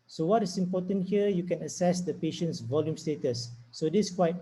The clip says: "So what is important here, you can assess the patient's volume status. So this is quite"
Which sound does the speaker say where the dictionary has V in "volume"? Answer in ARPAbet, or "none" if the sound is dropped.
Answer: V